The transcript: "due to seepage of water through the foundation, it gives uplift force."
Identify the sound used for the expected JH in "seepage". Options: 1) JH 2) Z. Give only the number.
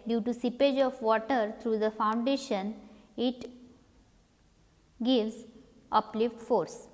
1